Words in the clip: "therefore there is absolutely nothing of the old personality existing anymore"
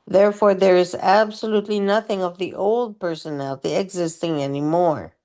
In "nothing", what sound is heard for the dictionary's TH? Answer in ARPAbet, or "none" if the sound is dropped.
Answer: TH